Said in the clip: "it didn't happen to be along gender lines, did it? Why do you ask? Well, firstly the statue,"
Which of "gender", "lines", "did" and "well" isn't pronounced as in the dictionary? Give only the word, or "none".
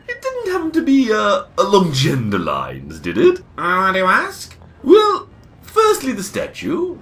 none